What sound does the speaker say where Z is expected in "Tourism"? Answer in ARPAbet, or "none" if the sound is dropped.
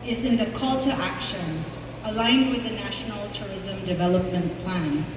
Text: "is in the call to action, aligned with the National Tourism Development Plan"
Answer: Z